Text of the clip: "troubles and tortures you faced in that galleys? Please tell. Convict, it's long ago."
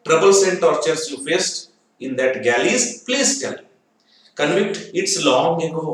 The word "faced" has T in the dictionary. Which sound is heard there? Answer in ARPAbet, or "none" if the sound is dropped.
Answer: T